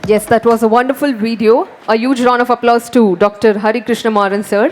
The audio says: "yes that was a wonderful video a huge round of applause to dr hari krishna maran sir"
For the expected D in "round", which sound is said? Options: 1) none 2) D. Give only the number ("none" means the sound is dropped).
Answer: 1